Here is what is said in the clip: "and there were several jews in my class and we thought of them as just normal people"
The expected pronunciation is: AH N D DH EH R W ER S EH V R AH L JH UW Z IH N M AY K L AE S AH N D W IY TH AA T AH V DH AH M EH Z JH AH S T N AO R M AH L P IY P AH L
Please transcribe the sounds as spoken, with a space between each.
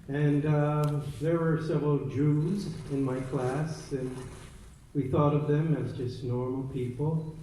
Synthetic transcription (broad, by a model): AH N DH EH R W ER S EH V R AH L JH UW Z IH N M AY K L AE S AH N W IY TH AA T AH V DH AH M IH Z JH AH S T N AO R M L P IY P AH L